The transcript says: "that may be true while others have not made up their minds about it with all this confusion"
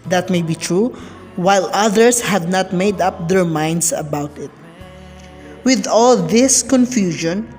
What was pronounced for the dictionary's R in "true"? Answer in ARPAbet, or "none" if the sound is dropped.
R